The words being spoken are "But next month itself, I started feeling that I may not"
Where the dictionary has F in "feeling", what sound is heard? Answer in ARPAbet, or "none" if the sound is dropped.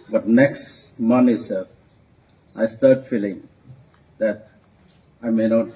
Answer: F